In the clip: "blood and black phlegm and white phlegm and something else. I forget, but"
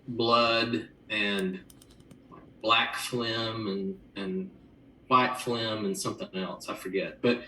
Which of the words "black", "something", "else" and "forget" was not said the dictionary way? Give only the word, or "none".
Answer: none